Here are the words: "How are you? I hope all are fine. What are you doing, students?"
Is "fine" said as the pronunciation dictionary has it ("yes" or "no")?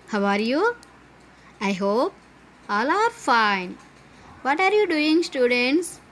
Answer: yes